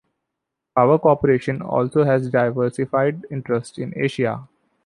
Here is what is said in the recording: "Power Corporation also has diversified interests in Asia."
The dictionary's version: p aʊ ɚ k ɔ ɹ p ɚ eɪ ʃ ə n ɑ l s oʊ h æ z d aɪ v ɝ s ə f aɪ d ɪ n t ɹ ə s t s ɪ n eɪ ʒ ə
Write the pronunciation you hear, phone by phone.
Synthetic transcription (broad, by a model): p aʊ ɚ k ɔ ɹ p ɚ eɪ ʃ ə n ɑ l s oʊ h æ z d aɪ v ɝ s ə f aɪ d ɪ n t ɹ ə s t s ɪ n eɪ ʃ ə